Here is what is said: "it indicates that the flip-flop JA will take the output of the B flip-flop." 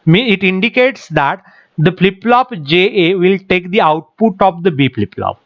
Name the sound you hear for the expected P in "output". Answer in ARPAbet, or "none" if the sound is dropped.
P